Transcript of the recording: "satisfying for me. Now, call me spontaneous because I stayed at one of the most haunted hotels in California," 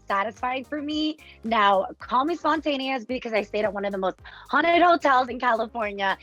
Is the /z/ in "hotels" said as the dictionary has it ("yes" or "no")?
yes